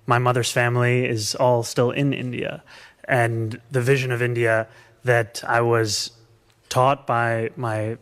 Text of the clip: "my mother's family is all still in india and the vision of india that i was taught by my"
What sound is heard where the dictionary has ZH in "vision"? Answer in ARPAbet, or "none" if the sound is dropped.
ZH